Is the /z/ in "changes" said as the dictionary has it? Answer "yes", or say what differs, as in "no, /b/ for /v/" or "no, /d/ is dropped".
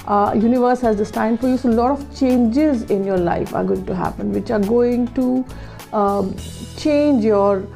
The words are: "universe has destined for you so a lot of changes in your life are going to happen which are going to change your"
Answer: yes